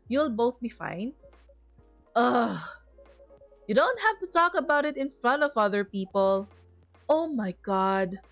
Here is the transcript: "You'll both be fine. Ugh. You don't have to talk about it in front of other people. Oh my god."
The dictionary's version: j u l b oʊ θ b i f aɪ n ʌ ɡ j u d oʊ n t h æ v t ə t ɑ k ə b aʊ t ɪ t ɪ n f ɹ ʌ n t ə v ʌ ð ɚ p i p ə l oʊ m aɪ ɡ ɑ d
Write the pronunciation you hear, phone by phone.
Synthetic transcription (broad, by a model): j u l b oʊ θ b i f aɪ n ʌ j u d oʊ n t h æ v t ə t ɑ k ə b aʊ t ɪ t ɪ n f ɹ ʌ n t ə v ʌ ð ɚ p i p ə l oʊ m aɪ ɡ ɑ d